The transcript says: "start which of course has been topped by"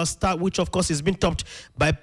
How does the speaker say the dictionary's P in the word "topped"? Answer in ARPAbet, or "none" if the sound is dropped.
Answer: P